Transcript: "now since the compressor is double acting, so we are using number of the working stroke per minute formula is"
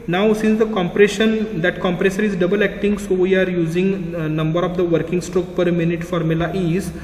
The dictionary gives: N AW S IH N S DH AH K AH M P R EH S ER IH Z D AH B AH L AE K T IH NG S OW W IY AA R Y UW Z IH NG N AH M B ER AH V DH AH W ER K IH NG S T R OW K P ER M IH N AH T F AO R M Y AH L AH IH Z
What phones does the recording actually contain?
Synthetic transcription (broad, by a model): N AW S IH N S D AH K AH M P R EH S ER IH Z D AH B AH L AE K T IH NG S OW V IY AA R Y UW Z IH NG N AH M B ER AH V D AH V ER K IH NG S T R OW K P ER M IH N AH T F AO R M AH L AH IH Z